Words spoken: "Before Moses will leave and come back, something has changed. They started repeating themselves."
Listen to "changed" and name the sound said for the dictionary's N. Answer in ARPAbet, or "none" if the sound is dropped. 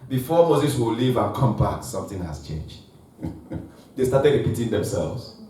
N